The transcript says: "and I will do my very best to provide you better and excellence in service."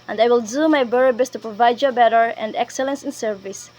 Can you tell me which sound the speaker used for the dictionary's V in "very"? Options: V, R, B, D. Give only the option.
B